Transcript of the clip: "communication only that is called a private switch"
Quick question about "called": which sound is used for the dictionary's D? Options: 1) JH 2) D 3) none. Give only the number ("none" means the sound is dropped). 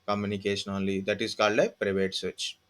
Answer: 2